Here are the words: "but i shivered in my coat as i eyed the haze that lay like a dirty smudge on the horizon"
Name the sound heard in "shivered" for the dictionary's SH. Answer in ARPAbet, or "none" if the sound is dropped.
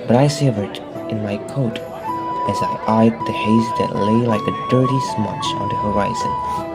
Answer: S